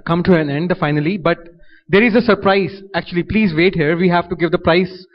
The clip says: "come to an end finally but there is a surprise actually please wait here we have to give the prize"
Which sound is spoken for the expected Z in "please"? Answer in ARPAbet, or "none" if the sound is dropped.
Z